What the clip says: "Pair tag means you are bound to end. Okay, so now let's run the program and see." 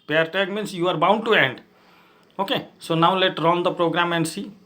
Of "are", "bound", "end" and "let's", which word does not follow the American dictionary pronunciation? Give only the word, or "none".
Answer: let's